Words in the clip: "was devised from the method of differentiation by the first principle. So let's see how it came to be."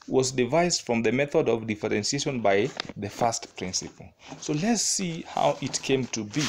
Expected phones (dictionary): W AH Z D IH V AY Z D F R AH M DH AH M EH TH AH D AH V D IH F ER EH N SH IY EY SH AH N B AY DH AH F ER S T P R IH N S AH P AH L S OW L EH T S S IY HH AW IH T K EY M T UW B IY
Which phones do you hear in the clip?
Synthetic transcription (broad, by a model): W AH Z D IH V AY Z D F R AH M DH AH M EH TH AH D AH V D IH F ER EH N S IY EY SH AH N B AY DH AH F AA S T P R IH N S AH P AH L S OW L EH T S S IY HH AW IH T K EY M T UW B IY